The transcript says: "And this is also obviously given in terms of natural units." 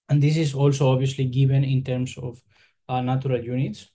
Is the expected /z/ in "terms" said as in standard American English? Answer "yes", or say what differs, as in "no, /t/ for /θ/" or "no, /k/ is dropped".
no, /s/ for /z/